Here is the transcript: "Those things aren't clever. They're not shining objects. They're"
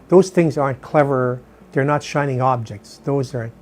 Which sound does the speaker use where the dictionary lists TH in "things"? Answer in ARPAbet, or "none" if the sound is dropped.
TH